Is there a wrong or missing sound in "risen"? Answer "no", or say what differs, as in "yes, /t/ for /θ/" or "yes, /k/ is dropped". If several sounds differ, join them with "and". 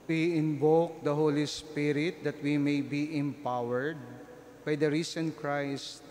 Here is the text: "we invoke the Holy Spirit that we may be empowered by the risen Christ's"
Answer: yes, /s/ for /z/